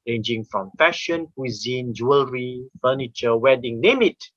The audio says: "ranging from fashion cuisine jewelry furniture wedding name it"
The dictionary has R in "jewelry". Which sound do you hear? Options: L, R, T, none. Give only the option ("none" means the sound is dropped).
R